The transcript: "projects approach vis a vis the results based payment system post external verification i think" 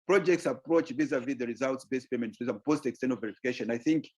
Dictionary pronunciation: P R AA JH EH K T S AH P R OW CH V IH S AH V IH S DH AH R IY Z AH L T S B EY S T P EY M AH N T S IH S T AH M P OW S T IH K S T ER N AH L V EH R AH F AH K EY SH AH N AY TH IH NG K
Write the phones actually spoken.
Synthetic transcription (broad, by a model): P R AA JH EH K T S AH P R OW CH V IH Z AH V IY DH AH R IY Z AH L T S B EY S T P EY M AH N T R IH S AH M P OW S T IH K S T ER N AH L V EH R AH F AH K EY SH AH N AY TH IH NG K